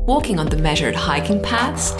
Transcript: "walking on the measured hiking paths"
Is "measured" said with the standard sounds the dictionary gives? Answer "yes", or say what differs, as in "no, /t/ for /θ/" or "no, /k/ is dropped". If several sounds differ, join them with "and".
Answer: yes